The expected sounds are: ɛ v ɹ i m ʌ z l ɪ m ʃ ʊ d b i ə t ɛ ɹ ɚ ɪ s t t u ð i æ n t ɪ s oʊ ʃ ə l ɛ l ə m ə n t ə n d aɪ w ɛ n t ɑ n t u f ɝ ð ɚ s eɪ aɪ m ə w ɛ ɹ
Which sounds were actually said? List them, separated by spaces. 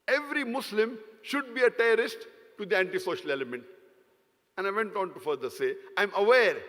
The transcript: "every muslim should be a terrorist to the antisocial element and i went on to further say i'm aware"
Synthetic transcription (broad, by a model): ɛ v ɹ i m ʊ s l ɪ m ʃ ʊ d b i ə t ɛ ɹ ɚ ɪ s t t u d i æ n t ɪ s oʊ ʃ ə l ɛ l ə m ə n t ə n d aɪ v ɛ n t ɑ n t u f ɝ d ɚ s eɪ aɪ m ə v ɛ ɹ